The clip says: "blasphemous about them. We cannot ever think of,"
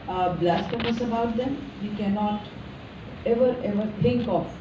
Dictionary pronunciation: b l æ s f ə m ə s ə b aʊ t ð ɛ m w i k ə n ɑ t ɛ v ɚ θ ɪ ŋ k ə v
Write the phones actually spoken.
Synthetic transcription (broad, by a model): b l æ s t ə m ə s ə b aʊ t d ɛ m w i k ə n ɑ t ɛ v ɚ t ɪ ŋ k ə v